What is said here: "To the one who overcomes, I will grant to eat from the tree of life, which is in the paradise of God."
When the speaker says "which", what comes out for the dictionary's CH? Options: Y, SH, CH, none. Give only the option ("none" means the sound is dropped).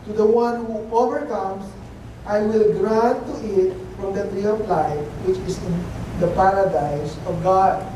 CH